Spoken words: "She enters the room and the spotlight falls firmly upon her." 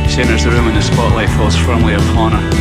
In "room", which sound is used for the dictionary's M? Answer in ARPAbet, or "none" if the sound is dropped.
M